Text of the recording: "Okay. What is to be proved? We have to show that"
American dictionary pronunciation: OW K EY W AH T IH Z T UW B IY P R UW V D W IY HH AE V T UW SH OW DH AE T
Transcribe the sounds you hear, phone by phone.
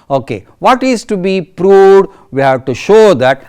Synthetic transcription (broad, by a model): OW K EY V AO T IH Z T UW B IY P R UW V D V IY HH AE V T UW SH OW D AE T